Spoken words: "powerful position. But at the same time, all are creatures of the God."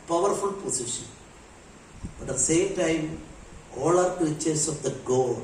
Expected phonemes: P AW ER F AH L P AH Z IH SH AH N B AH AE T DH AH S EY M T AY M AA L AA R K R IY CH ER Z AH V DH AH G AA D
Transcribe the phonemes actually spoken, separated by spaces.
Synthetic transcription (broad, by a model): P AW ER F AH L P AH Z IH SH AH N B AH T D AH S EY M T AY M AA L AA R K IY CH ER S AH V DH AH G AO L